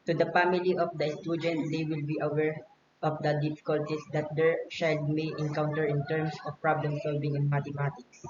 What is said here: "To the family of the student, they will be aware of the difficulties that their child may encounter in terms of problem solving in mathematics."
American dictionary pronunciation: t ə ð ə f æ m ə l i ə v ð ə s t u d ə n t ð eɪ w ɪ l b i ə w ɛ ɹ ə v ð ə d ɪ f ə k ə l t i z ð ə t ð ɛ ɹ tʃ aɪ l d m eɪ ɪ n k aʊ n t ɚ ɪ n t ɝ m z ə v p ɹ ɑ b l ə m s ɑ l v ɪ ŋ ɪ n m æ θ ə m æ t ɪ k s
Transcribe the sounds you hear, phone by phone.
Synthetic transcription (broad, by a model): t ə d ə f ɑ m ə l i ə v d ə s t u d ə n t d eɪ w ɪ l b i ə w ɛ ɹ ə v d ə d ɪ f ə k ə l t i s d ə t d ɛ ɹ ʃ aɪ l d m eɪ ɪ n k aʊ n t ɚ ɪ n t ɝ m s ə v p ɹ ɑ b l ə m s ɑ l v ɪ ŋ ɪ n m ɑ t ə m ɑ t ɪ k s